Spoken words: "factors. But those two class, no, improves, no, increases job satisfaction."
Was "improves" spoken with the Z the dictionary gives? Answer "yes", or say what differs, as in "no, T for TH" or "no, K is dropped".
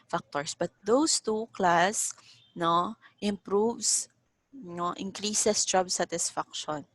no, S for Z